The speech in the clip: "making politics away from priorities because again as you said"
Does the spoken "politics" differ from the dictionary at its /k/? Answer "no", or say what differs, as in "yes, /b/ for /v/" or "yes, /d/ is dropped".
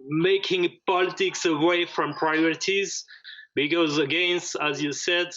no